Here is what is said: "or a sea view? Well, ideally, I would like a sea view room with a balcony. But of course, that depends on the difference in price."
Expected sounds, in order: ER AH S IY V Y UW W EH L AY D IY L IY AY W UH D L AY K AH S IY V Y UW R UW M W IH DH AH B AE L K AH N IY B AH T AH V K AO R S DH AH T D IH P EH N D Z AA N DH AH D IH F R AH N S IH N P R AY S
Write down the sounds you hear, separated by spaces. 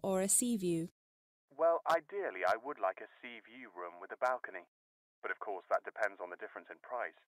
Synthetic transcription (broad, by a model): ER AH S IY V Y UW W EH L AY D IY L IY AY W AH D L AY K AH S IY V Y UW R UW M W IH DH AH B AE L K AH N IY B AH T AH V K AO R S DH AH T D IH P EH N D Z N DH AH D IH F R AH N S IH N P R AY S